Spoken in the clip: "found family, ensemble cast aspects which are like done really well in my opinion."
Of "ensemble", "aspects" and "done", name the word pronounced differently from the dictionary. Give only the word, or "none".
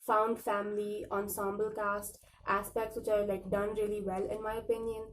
none